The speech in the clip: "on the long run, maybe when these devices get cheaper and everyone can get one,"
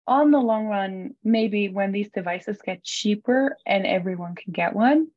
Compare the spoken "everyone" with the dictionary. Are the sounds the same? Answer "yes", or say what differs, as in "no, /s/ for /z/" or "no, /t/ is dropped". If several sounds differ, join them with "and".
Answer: yes